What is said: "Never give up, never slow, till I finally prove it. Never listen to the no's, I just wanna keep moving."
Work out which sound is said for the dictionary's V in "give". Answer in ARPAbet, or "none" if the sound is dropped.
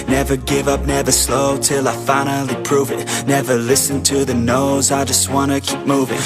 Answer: V